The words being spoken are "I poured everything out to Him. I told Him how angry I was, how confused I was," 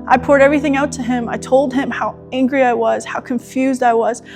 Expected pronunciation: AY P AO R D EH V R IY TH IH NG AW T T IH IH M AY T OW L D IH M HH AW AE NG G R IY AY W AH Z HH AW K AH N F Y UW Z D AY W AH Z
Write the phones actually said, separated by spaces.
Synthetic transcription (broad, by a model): AY P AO R D EH V R IY TH IH NG AW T T IH IH M AY T OW L D IH M HH AW AE NG G R IY AY W AH Z HH AW K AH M F Y UW Z D AY W AH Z